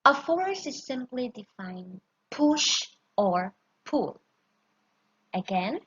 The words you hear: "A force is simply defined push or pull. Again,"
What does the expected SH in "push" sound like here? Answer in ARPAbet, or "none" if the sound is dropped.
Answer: SH